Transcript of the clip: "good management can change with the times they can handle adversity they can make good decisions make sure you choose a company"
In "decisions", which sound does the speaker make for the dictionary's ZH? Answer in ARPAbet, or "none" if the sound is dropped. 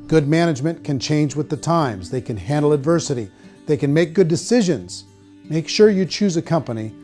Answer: ZH